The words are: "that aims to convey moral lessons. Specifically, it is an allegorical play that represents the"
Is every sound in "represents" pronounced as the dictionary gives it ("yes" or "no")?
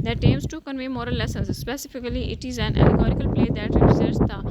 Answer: no